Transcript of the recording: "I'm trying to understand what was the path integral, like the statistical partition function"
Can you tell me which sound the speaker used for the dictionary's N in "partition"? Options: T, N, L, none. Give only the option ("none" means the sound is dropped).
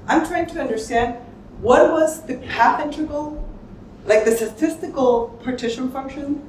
N